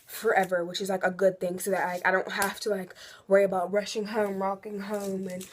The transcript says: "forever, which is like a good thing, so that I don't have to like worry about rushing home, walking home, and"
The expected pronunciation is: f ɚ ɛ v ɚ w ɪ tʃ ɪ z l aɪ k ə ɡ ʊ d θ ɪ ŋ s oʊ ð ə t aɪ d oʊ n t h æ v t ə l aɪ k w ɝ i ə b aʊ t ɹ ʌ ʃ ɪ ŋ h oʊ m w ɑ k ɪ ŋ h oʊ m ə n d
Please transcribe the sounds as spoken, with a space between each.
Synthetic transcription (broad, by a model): f ɚ ɛ v ɚ w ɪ tʃ ɪ z l aɪ k ə ɡ ʊ d θ ɪ ŋ s oʊ ð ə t aɪ d oʊ n t h æ f t ə l aɪ k w ɝ i ə b aʊ t ɹ ʌ ʃ ɪ ŋ h oʊ m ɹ ɑ k ɪ ŋ h oʊ m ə n